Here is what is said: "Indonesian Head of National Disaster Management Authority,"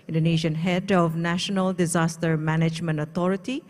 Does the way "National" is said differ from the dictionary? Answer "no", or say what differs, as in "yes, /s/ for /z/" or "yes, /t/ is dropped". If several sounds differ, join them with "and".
no